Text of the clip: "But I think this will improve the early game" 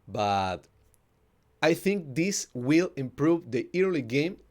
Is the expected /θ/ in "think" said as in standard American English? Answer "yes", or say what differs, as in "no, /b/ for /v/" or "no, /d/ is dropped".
yes